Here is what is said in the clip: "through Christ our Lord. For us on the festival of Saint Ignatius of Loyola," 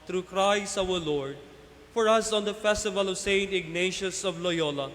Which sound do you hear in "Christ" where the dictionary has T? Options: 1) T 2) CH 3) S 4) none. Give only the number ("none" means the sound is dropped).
4